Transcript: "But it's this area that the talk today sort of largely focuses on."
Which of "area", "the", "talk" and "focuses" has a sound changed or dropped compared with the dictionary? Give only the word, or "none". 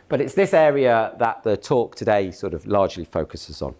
none